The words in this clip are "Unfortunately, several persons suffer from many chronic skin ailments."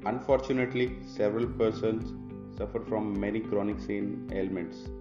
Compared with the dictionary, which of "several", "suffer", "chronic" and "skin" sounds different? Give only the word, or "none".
skin